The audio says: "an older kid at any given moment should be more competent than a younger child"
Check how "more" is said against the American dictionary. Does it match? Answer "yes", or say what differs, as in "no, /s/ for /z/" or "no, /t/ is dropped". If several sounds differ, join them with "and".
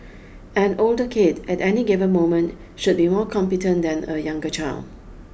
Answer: yes